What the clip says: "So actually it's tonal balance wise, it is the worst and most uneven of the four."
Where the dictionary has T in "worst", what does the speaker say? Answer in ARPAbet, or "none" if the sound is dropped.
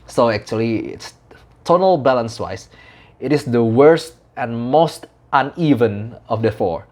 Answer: T